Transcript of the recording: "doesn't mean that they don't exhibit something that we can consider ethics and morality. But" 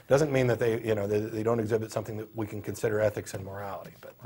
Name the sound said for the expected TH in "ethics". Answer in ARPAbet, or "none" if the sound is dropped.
TH